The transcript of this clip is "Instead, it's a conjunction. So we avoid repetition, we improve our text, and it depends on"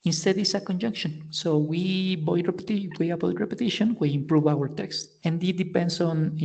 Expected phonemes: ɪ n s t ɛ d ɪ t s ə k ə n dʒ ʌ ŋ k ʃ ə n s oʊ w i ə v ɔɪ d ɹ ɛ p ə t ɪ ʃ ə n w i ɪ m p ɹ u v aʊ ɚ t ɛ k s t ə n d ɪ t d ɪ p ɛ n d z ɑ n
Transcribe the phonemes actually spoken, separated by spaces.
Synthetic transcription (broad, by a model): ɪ n s t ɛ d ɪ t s ə k ə n dʒ ʌ ŋ k ʃ ə n s oʊ w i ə w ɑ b ɹ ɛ p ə t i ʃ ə n w i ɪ m p ɹ u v aʊ ɚ t ɛ k s t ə n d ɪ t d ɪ p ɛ n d s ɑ n